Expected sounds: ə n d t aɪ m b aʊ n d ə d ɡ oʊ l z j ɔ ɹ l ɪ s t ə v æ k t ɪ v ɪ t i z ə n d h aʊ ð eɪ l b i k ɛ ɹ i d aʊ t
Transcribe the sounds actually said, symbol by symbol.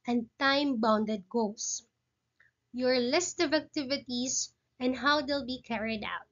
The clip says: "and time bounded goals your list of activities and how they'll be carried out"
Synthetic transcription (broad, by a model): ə n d t aɪ m b aʊ n d ə d ɡ oʊ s j ɔ ɹ l ɪ s t ə v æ k t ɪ v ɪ t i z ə n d h aʊ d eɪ l b i k ɛ ɹ i d aʊ t